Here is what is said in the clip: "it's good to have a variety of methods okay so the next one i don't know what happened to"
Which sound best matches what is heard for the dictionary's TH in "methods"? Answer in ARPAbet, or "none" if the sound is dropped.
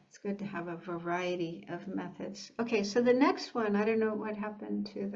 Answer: TH